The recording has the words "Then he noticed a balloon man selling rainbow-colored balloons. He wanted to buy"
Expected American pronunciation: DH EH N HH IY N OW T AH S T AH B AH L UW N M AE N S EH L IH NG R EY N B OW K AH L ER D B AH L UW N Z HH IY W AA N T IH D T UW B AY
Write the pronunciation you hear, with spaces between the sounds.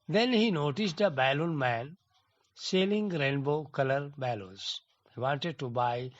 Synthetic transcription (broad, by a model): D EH N HH IY N OW T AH S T AH B AH L UW N M AE N S EH L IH NG R EY N B OW K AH L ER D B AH L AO Z HH IY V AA N T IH D T UW B AY